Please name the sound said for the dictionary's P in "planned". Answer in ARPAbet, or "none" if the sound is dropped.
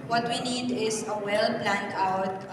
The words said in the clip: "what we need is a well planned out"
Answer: B